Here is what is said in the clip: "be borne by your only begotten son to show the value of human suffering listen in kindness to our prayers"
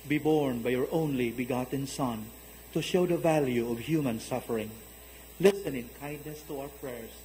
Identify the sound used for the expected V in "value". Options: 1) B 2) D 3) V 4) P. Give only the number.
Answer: 3